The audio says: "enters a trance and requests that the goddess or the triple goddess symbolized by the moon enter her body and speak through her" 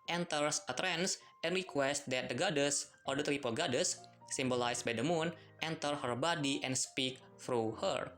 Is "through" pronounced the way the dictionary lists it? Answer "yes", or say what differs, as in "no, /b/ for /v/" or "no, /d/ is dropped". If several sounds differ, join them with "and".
no, /f/ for /θ/